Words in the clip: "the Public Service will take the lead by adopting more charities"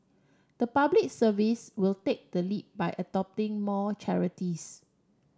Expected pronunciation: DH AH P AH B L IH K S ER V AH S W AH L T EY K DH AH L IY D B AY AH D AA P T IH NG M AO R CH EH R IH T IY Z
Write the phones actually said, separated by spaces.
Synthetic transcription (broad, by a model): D AH P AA B L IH K S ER V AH S W AH L T EY K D AH L IY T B AY AH D AA P T IH NG M AO CH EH R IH T IY S